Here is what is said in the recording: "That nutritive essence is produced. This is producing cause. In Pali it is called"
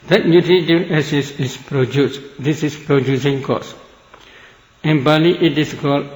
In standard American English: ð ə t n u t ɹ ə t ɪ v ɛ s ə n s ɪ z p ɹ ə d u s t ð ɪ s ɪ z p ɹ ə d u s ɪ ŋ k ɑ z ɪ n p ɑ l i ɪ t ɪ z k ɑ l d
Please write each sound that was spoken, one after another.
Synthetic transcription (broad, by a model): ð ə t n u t ɹ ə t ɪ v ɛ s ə s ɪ s p ɹ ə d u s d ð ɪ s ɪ s p ɹ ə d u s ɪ ŋ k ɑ s ɪ n b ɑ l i ɪ t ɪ s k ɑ l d